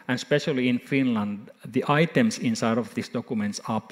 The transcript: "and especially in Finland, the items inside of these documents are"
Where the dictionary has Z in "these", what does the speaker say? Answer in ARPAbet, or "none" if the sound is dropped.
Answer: S